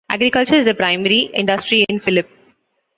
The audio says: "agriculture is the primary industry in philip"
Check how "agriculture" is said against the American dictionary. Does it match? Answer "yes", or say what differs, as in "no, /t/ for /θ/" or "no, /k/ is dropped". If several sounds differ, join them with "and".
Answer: yes